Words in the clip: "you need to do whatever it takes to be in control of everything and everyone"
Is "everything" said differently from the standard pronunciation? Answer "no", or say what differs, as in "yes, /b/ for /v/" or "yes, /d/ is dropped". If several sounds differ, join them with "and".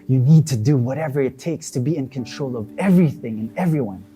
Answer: no